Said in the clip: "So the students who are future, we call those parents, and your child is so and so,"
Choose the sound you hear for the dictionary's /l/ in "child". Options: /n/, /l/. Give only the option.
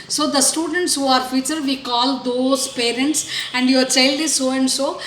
/l/